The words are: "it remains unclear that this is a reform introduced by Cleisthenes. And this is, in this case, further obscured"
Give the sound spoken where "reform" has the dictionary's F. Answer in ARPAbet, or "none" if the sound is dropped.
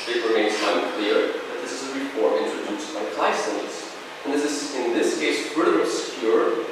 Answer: P